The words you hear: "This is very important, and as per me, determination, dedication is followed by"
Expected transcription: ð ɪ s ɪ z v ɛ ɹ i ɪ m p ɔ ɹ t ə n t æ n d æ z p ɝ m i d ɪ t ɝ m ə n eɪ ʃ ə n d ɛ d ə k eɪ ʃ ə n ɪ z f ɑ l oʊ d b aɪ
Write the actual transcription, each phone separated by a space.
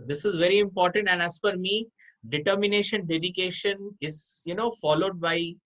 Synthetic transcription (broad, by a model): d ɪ s ɪ z v ɛ ɹ i ɪ m p ɔ ɹ t ə n t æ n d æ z f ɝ m i d ɪ t ɝ m ə n eɪ ʃ ə n d ɛ d ə k eɪ ʃ ə n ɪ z f ɑ l oʊ d b aɪ